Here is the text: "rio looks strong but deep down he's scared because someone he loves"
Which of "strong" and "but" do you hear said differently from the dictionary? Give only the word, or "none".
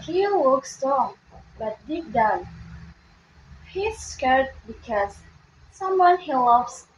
strong